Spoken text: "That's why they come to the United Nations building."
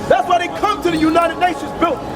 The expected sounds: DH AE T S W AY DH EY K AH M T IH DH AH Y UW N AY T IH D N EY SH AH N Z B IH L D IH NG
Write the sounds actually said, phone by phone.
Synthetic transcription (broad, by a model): DH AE T S W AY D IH K AH M T IH DH AH Y UW N AY T IH D N EY SH AH N Z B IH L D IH